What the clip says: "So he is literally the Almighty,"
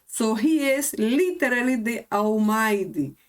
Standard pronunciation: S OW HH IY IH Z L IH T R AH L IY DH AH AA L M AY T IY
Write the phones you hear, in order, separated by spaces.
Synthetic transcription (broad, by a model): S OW HH IY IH S L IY T R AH L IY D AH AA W M AY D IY